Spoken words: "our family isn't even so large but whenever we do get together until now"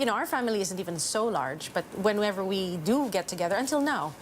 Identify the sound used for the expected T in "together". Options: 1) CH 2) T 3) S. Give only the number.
2